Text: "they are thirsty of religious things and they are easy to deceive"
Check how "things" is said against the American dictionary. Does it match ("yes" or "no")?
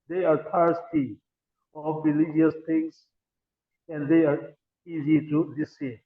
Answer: no